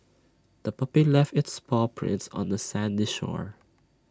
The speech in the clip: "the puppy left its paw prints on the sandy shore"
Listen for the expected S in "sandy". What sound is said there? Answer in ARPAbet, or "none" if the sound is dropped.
S